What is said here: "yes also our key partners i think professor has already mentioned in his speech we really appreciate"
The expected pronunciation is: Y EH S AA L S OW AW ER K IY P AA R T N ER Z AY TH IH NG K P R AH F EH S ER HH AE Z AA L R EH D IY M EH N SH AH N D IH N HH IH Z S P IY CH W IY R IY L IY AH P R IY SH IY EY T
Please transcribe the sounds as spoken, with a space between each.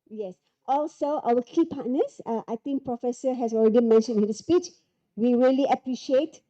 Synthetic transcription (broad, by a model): Y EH S AA L S OW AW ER K IY P AA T N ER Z AY T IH NG K P R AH F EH S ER HH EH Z AA L R EH D IY M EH N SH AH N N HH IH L S P IY CH W IY R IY L IY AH P R IY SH IY EY T